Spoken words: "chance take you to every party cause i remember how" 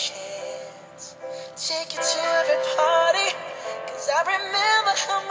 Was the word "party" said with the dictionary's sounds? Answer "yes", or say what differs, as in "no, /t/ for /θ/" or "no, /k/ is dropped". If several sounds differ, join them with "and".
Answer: yes